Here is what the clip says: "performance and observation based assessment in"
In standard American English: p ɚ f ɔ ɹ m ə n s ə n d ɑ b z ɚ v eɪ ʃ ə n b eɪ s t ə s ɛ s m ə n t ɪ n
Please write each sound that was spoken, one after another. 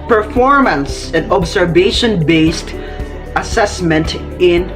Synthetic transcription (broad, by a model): p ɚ f ɔ ɹ m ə n s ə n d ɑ b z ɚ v eɪ ʃ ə n b eɪ s t ə s ɛ s m ə n t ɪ n